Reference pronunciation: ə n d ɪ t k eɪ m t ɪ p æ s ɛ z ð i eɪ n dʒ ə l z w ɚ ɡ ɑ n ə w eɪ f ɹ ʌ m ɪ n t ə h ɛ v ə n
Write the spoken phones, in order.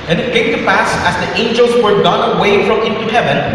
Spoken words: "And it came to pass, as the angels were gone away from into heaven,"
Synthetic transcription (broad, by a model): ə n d ɪ t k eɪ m t ɪ p æ s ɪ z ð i eɪ n dʒ ə l z w ɚ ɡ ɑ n ə w eɪ f ɹ ʌ m ɪ n t ə h ɛ v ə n